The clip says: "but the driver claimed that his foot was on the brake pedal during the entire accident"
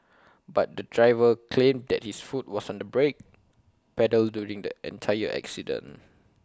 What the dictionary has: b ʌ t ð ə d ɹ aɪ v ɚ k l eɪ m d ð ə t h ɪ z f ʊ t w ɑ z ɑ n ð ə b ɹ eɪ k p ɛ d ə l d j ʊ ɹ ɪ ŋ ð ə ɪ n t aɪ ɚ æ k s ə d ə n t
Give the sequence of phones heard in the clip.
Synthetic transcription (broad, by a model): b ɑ t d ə d ɹ aɪ v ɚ k l eɪ m d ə t h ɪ s f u t w ɑ s ɑ n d ə b ɹ eɪ k p ɛ d ə l d j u ɹ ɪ ŋ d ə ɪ n t aɪ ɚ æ k s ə d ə n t